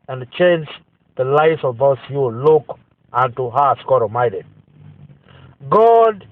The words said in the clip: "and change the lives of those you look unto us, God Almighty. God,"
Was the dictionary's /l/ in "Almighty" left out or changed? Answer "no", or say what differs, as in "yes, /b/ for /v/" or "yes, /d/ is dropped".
yes, /l/ is dropped